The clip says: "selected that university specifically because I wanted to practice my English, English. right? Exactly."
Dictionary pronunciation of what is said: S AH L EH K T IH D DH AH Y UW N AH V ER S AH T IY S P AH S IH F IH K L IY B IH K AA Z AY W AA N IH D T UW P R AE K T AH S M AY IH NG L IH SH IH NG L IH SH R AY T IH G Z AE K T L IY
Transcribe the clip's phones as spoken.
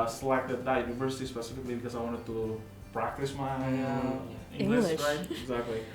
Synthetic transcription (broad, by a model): S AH L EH K T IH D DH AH Y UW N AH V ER S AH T IY S P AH S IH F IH K L IY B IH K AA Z AY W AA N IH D T UW P R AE K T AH S M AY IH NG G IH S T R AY IH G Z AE K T L IY